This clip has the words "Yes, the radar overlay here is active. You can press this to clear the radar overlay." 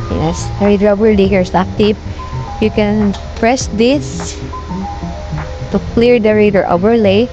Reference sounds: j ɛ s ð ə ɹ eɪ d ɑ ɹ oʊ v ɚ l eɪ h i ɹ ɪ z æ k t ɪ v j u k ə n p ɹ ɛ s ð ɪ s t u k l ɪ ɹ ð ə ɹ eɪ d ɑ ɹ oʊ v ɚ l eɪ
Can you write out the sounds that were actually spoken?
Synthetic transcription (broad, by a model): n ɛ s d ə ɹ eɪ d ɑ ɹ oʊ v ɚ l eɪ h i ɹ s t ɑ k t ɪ p j u k ə n p ɹ ɛ s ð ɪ s t u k l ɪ ɹ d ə ɹ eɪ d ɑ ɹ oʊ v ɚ l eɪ